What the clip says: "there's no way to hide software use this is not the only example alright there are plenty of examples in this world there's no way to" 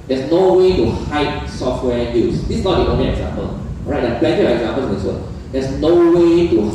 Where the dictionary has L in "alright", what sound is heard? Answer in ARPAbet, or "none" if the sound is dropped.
none